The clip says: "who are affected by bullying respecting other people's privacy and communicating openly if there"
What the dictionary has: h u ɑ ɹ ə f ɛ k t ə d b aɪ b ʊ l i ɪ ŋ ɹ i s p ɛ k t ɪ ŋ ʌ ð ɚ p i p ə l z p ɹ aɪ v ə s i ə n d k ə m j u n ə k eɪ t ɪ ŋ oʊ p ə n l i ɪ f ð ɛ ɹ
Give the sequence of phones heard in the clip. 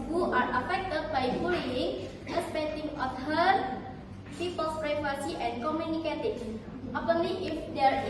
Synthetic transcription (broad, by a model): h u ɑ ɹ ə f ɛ k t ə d b aɪ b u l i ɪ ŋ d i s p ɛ t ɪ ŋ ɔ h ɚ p i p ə l s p ɹ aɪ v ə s i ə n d k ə m j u n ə k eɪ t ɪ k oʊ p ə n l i ɪ f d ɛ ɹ